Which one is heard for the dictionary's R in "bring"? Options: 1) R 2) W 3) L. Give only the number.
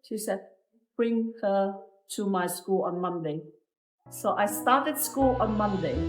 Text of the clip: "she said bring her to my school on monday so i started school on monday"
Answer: 1